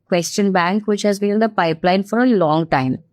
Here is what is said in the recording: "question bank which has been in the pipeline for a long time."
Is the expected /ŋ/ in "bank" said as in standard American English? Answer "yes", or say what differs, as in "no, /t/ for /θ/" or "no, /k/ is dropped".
yes